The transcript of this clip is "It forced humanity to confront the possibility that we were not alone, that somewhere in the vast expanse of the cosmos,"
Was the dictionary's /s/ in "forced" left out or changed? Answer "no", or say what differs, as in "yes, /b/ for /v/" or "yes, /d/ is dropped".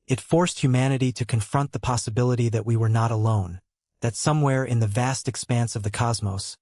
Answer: no